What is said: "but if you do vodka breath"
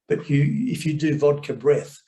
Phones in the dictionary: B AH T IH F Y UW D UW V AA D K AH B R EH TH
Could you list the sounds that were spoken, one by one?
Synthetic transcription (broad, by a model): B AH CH IH F Y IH D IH V AA D K AH B R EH TH